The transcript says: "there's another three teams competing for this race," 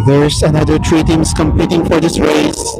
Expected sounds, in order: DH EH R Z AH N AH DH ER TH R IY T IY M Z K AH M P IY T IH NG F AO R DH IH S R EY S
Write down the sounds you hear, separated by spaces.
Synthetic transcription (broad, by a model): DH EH R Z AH N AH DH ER T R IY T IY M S K AH M P IY T IH NG F AO R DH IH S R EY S